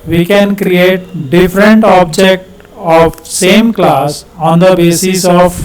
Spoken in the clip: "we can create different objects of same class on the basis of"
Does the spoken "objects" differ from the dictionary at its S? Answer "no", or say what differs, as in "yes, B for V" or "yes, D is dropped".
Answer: yes, S is dropped